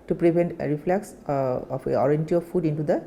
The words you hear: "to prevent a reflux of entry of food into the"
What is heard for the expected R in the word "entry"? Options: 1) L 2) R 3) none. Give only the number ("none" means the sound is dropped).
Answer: 3